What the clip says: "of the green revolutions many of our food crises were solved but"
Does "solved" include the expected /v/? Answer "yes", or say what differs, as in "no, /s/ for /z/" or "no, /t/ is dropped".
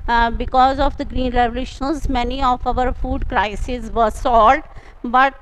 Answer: no, /v/ is dropped